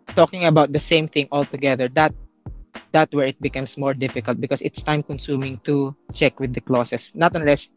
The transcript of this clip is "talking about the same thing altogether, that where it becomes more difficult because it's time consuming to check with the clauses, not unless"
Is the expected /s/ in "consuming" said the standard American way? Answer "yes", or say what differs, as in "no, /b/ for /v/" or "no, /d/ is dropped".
yes